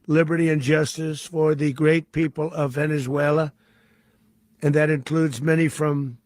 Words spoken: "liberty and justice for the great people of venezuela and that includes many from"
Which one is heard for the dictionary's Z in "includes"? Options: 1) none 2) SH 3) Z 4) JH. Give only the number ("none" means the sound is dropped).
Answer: 3